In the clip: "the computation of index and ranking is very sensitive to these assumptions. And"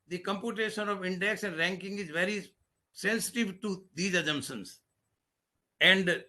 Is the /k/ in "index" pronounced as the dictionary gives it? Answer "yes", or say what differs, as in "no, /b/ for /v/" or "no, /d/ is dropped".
yes